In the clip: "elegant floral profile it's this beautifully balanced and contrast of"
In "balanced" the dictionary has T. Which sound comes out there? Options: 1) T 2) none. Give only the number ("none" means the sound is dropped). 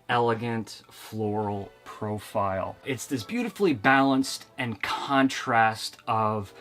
1